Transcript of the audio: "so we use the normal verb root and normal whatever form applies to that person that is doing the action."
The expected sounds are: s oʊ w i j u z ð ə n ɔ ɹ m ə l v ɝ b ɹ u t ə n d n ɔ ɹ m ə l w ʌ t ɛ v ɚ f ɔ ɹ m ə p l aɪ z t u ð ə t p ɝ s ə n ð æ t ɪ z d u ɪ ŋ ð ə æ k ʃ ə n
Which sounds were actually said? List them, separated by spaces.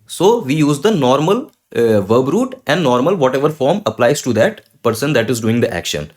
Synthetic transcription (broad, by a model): s oʊ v i j u z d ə n ɔ ɹ m ə l v ɝ b ɹ u t ə n d n ɔ ɹ m ə l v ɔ t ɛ v ɚ f ɔ ɹ m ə p l aɪ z t u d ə t p ɝ s ə n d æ t ɪ z d u ɪ ŋ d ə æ k ʃ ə n